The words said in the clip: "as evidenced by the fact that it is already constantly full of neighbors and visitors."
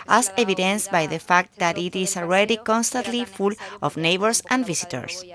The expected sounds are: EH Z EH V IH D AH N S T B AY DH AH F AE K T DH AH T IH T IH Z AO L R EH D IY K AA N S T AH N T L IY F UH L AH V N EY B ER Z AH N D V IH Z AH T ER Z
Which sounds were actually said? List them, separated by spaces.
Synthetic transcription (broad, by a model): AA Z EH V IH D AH N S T B AY DH AH F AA K T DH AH T IH T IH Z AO L R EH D IY K AA N S T AH N T L IY F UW L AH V N EY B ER S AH N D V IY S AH T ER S